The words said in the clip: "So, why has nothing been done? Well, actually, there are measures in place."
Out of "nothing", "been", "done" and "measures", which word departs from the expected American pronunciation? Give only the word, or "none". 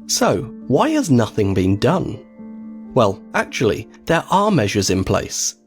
none